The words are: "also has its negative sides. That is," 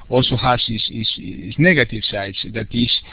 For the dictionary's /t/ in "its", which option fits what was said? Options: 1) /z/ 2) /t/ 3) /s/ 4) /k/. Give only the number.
3